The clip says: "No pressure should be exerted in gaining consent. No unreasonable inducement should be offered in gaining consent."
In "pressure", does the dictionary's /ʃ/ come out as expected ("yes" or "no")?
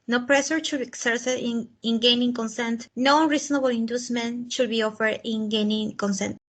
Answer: no